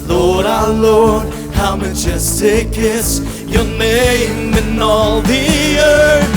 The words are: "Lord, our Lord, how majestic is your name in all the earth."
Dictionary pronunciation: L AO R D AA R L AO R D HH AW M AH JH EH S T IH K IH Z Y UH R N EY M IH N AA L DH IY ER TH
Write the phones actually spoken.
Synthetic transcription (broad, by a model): L AO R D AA L AO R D HH AW M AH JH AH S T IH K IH S Y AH R N EY M IH N AA L DH IY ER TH